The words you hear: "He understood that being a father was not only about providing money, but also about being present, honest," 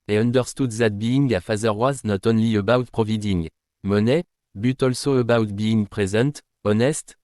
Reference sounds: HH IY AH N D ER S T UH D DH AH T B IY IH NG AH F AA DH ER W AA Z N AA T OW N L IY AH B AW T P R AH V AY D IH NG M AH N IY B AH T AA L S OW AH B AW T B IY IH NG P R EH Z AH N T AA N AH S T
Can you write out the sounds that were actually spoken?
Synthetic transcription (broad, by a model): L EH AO N D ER S T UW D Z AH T B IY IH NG AH F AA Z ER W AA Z N AA T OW N L IY AH B AW T P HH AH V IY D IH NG M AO N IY B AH T AA L S OW AH B AW T B IY IH NG P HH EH Z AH T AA N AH S T